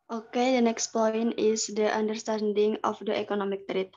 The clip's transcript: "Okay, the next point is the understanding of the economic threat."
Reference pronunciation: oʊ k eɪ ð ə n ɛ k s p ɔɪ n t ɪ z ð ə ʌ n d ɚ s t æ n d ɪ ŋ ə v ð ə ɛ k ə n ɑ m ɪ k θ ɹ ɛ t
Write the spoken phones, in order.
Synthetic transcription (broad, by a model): oʊ k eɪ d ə n ɛ k s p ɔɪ n ɪ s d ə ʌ n d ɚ s t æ n d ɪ ŋ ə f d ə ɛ k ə n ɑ m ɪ k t ɹ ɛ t